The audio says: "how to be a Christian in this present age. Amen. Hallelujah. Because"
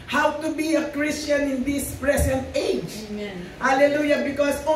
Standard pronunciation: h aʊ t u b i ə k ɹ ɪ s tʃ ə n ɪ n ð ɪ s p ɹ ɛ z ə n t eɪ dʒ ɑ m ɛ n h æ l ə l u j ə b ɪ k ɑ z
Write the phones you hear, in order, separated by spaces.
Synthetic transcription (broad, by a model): h aʊ t u b i ə k ɹ ɪ s tʃ ə n ɪ n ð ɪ s p ɹ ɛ s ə n t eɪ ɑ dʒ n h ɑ l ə l u j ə b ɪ k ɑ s